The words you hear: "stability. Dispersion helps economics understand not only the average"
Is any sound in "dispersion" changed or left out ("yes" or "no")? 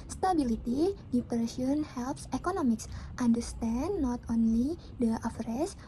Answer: yes